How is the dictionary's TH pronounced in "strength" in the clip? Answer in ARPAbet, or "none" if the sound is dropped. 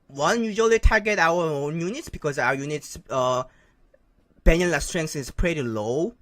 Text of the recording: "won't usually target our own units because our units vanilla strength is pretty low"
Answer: S